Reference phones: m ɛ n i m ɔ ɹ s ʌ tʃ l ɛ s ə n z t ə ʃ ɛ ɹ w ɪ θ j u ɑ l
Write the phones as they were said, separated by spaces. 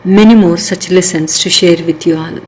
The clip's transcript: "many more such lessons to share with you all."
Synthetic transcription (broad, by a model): m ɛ n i m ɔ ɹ s ʌ tʃ l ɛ s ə n s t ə ʃ ɛ ɹ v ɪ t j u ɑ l